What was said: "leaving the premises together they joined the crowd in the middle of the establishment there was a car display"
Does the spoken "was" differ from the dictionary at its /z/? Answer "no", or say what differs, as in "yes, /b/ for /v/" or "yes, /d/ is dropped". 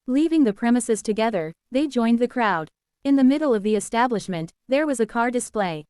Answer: no